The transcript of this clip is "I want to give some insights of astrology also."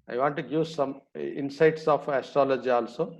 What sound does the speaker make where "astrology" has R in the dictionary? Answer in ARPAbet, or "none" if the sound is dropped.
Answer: R